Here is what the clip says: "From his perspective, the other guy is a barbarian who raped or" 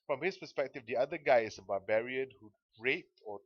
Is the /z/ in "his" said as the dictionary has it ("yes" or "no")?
no